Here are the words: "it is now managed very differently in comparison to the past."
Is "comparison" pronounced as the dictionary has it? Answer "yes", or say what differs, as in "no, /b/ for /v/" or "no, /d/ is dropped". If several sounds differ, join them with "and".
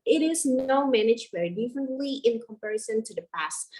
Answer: yes